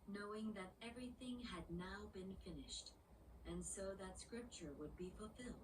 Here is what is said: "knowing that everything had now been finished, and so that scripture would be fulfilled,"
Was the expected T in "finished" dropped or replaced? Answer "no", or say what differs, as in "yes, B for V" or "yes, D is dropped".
no